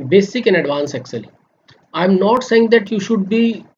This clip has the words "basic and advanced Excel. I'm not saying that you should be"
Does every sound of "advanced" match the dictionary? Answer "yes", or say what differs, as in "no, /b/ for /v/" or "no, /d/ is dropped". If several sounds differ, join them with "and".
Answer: no, /t/ is dropped